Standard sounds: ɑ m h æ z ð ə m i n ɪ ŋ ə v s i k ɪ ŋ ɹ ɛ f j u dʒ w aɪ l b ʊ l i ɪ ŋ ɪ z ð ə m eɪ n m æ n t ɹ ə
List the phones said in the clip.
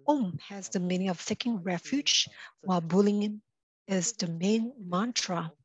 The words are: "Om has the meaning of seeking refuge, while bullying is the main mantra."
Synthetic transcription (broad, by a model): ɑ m h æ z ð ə m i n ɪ ə v θ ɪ k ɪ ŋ ɹ ɛ f j u dʒ w aɪ l b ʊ l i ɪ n ɪ z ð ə m eɪ n m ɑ n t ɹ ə